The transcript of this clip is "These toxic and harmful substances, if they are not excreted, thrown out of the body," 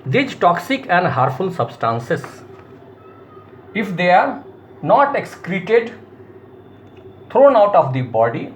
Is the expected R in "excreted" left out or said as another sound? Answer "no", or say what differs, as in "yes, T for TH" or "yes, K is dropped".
no